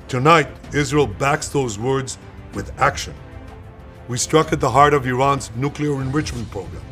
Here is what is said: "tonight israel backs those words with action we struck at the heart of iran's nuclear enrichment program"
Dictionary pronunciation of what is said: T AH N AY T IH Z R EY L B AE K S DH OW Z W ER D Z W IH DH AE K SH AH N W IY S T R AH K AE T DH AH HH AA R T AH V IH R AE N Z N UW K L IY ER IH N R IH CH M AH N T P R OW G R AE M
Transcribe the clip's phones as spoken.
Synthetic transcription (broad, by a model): T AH N AY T IH Z R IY L B AE K S DH OW Z W ER D Z W IH DH AE K SH AH N W IY S T R AH K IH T DH AH HH AA R T AH V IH R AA N Z N UW K L IY ER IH N R IH CH M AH N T P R OW G R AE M